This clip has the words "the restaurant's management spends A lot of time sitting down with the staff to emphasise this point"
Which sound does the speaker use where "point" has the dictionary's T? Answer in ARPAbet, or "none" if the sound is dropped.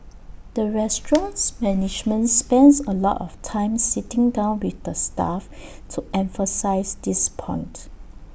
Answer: T